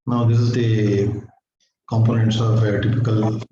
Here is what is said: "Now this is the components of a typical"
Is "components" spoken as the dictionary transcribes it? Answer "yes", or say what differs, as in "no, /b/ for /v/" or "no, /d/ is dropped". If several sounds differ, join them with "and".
yes